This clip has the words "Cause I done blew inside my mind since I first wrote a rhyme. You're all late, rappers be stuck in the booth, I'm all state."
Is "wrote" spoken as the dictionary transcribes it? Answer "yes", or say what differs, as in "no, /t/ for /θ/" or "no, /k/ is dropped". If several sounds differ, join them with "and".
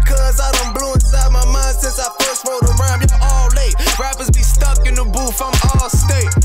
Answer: no, /w/ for /ɹ/